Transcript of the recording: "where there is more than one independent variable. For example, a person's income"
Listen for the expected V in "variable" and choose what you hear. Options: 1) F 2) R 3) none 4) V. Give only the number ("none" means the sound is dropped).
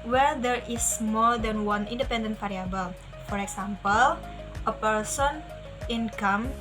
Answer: 1